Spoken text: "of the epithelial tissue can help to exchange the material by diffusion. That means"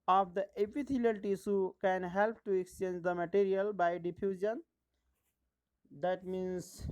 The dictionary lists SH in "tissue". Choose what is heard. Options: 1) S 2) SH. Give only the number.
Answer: 1